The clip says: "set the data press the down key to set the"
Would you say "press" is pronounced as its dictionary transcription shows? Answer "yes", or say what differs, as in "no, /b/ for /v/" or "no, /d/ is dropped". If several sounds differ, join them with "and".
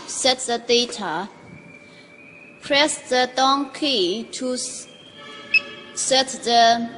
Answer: yes